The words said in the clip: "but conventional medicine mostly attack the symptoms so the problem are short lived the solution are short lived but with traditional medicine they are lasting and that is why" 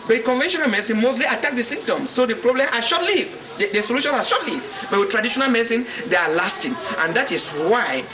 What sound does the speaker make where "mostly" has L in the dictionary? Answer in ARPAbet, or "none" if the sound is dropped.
L